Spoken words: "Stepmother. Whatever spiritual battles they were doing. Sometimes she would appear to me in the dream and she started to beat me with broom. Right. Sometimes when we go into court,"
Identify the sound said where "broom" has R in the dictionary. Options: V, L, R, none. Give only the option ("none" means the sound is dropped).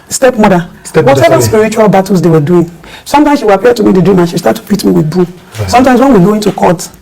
none